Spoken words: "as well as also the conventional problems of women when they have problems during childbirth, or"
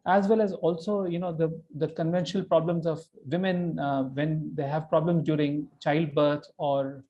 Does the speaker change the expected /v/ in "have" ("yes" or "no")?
no